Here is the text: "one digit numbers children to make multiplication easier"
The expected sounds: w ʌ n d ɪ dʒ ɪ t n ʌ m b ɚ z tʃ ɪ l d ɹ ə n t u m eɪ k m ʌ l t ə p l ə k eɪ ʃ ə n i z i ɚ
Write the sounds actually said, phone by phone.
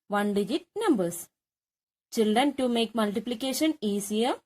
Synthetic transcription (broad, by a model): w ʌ n d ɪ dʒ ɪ t n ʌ m b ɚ s tʃ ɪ l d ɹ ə n t u m eɪ k m ʌ l t ə p l ə k eɪ ʃ ə n i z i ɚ